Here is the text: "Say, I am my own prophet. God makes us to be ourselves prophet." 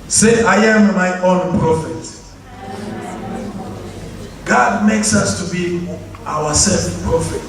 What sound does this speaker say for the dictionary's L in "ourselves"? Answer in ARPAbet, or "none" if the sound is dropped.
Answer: none